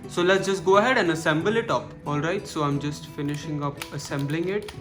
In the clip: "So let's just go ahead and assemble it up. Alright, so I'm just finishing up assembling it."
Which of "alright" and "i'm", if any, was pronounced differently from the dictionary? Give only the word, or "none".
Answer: none